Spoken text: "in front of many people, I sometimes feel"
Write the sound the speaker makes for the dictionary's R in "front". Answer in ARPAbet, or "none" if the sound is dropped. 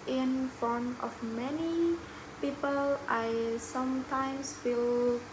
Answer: none